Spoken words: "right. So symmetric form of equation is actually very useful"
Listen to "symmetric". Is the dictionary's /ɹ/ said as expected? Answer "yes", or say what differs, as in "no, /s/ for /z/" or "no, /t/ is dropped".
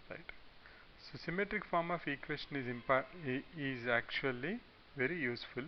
yes